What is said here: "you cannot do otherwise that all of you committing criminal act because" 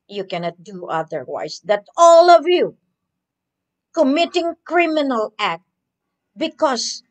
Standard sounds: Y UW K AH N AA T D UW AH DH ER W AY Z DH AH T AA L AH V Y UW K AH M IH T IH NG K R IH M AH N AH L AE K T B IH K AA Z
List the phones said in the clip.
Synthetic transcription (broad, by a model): Y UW K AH N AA T D UW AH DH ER W AY S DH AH T AA L AH V Y UW K AH M IH T IH NG K R IH M AH N AH L AE K T B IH K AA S